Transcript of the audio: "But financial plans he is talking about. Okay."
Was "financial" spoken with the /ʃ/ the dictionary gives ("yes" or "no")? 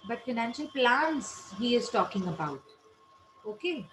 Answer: yes